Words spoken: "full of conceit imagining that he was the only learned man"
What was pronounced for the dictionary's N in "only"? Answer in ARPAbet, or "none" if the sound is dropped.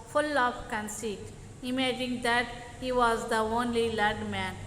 N